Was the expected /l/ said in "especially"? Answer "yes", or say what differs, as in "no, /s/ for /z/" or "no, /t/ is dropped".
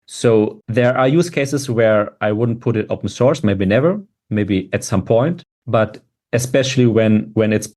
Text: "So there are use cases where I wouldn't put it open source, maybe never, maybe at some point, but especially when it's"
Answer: no, /w/ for /l/